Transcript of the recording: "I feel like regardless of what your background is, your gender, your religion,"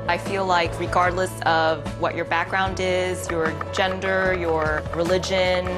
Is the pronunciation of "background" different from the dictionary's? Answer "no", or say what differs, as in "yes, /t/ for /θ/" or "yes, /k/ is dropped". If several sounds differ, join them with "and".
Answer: no